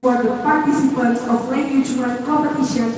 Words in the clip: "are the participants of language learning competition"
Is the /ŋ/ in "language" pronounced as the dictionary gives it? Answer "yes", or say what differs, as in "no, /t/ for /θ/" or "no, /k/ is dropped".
no, /ŋ/ is dropped